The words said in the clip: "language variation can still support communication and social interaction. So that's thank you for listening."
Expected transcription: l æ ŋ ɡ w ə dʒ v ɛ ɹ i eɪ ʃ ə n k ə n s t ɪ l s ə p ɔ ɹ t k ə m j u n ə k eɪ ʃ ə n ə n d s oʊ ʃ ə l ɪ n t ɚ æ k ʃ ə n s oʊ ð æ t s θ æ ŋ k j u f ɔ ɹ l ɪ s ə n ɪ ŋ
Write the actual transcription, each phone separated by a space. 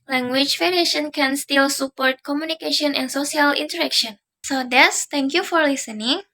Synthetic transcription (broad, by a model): l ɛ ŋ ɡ w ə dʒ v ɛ ɹ i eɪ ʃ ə n k ə n s t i l s ə p ɔ ɹ t k ə m j u n ə k eɪ ʃ ə n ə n s oʊ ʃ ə l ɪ n t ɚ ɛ k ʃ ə n s oʊ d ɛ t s t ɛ ŋ k j u f ɔ ɹ l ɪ s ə n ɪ ŋ